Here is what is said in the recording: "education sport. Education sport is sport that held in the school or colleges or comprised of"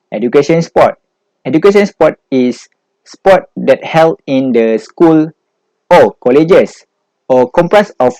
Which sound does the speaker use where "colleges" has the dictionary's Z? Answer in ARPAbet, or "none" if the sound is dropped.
S